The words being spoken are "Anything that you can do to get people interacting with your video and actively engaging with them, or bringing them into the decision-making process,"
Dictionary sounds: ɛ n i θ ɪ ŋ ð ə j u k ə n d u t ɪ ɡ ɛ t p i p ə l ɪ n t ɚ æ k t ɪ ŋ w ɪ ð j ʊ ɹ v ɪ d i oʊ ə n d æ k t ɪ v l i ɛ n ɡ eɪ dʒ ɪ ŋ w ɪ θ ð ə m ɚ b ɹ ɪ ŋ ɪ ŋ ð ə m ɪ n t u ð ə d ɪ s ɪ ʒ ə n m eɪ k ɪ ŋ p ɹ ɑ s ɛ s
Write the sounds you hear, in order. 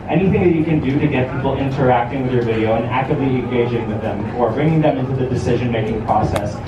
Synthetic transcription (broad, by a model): ɛ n i θ ɪ ŋ ð ə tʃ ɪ k ə n d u t ɪ ɡ ɛ t p i p l ɪ n t ɚ æ k t ɪ ŋ w ɪ ð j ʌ ɹ v ɪ d i oʊ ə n æ k t ɪ v l i ɛ n ɡ eɪ dʒ ɪ ŋ w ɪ ð ə m ɚ b ɹ ɪ ŋ ɪ ŋ ð ə m ɪ n t u ð ə d ɪ s ɪ ʒ ə n m eɪ k ɪ ŋ p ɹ ɑ s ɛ s